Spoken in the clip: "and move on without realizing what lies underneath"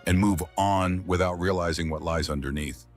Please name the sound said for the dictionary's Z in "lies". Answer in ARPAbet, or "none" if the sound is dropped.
Z